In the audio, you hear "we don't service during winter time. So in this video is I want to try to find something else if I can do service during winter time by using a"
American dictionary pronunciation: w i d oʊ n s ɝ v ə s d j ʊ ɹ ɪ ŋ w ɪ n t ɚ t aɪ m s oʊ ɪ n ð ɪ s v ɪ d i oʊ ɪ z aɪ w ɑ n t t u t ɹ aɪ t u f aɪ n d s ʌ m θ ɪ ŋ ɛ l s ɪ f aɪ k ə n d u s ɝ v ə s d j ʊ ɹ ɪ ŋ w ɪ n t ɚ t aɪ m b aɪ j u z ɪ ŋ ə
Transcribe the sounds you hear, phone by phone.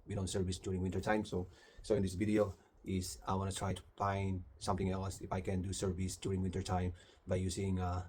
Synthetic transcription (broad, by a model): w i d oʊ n s ɝ v ə s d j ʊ ɹ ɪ ŋ w ɪ n t ɚ t aɪ m s oʊ ɪ n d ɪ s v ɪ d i oʊ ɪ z aɪ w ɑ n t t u t ɹ aɪ t u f aɪ n d s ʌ m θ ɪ ŋ ɛ l s ɪ f aɪ k ə n d u s ɝ v ə s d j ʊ ɹ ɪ ŋ w ɪ n t ɚ t aɪ m b aɪ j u s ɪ ŋ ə